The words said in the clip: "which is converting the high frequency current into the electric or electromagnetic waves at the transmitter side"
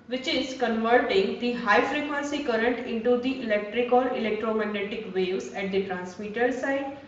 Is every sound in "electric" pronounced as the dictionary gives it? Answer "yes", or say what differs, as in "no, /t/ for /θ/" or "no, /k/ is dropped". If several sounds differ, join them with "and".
yes